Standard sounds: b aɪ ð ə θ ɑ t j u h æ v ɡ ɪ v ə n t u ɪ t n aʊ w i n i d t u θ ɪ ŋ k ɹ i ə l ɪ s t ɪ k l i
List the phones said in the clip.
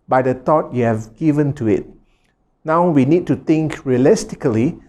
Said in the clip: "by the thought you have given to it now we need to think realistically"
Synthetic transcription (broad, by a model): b aɪ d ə t ɑ t j u h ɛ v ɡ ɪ v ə n t u ɪ t n aʊ w i n i d t u t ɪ ŋ k ɹ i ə l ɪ s t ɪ k l i